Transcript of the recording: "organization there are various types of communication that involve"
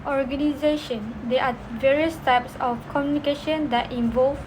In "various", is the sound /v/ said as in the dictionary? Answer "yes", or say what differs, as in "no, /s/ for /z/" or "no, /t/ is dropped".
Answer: yes